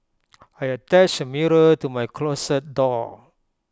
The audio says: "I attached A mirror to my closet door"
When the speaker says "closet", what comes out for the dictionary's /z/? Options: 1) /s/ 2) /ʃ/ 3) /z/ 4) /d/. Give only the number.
1